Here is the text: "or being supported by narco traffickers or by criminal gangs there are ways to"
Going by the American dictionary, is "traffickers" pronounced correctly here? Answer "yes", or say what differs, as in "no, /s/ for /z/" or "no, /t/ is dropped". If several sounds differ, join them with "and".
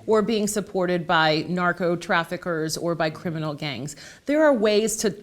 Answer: yes